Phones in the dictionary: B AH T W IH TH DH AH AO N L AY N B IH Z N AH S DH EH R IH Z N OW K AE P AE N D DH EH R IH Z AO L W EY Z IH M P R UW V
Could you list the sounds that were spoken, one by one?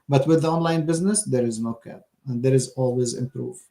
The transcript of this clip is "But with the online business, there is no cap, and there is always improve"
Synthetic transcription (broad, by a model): B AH T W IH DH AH AO N L AY N B IH Z N AH S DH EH R IH Z N OW K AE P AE N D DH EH R IH Z AO L W EY Z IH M P R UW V